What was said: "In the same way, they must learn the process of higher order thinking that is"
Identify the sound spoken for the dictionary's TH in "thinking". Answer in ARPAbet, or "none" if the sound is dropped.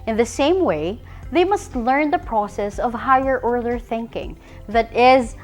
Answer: TH